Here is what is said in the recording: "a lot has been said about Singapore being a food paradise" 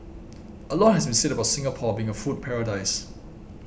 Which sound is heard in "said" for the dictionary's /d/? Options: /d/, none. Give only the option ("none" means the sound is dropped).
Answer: /d/